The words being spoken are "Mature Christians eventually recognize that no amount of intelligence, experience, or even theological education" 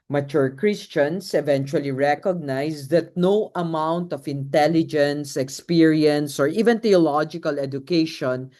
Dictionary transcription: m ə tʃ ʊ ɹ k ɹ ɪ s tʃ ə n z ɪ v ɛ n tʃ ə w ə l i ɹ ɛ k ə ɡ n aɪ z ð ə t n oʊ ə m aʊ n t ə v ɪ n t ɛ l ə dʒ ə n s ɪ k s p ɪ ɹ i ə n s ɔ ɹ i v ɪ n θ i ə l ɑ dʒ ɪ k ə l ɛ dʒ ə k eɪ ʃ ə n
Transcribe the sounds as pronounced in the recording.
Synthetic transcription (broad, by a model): m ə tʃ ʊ ɹ k ɹ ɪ s tʃ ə n s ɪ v ɛ n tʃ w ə l i ɹ ɛ k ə ɡ n aɪ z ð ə t n oʊ ə m aʊ n t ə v ɪ n t ɛ l ə dʒ ə n s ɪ k s p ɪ ɹ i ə n s ɔ ɹ i v ɪ n t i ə l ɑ dʒ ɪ k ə l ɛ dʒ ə k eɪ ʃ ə n